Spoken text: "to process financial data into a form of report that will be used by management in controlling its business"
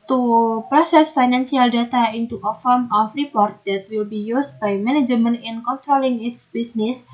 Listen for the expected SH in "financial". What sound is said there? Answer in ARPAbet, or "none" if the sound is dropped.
S